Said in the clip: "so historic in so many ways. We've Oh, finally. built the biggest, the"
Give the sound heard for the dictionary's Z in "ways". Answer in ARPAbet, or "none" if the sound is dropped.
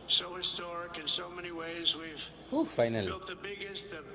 Z